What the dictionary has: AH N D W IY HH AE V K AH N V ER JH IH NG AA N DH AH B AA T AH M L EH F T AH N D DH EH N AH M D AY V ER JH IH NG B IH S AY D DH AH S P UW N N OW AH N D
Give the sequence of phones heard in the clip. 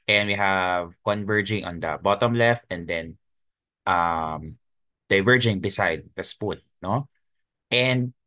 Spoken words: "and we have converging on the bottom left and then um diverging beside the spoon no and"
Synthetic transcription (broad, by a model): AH N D W IY HH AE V K AH N V ER JH IH NG AA N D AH B AA T AH M L EH F T AH N D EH N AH M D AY V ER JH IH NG B IH S AY D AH S P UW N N OW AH N D